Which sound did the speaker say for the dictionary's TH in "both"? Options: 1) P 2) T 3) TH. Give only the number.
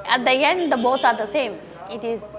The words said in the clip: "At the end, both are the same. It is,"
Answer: 2